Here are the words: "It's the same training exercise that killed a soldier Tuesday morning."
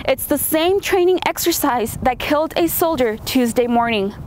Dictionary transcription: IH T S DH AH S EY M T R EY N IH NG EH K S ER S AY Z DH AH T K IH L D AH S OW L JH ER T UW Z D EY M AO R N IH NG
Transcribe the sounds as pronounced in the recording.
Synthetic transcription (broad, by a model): IH T S DH AH S EY M T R EY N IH NG EH K S ER S AY Z DH AH T K IH L D AH S OW L JH ER T UW Z D EY M AO R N IH NG